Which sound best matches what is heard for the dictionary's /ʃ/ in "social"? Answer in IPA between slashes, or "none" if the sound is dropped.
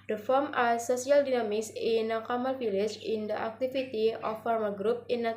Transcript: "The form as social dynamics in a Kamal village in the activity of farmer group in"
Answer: /s/